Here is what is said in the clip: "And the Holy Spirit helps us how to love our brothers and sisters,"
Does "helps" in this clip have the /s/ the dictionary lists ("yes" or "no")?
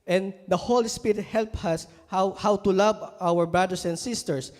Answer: no